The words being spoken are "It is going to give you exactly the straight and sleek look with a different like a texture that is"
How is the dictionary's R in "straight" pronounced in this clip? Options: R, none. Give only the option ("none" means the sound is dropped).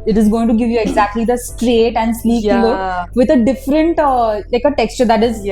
R